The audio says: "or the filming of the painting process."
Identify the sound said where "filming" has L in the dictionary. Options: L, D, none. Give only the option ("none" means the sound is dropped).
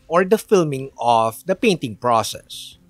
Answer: L